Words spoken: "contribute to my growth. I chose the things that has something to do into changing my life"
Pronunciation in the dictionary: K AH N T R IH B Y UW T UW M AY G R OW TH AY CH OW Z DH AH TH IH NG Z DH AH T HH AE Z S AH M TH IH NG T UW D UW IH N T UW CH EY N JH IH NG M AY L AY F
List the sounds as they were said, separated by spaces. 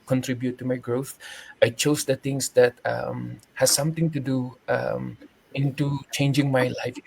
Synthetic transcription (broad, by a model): K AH N T R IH B Y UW T UW M AY G R OW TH AY CH OW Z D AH T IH NG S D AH T HH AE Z S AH M T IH NG T UW D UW IH N T UW CH EY N JH IH NG M AY L AY F